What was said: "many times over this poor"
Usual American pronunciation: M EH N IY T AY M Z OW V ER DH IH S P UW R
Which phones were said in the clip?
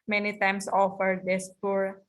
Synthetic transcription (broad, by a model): M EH N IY T AY M S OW F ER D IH S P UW R